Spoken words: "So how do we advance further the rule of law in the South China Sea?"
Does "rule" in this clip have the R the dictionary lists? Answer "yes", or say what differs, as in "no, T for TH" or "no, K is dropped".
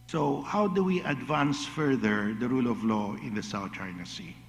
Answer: yes